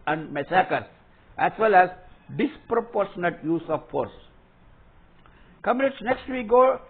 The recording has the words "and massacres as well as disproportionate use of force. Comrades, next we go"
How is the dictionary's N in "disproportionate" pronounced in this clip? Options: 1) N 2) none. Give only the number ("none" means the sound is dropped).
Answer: 1